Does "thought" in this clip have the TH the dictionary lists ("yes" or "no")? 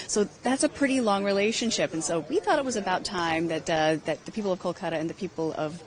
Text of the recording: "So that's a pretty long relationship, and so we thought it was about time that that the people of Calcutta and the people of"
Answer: yes